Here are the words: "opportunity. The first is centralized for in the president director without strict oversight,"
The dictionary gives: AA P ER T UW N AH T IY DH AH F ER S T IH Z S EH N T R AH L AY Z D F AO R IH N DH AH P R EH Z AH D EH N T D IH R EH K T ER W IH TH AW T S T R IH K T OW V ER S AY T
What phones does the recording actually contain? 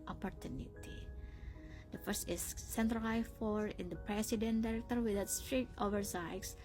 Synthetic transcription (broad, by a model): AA P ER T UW N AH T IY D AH F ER S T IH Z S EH N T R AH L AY F AO R IH N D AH P R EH S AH D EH N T D IH R EH K T ER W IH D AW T S T R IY T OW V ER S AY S